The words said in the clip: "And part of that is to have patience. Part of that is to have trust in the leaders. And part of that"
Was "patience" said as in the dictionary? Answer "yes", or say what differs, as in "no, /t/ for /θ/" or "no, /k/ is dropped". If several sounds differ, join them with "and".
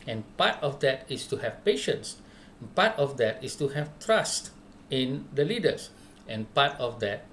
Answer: yes